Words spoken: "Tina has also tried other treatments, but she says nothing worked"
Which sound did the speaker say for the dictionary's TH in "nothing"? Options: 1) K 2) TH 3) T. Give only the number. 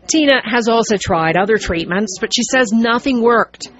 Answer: 2